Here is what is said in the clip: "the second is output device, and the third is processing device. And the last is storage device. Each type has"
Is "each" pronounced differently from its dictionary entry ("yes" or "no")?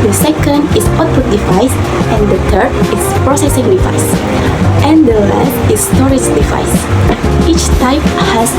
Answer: no